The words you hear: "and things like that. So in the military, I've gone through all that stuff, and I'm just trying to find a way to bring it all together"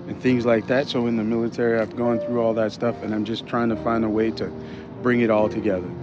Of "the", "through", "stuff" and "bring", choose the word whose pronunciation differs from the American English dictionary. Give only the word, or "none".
none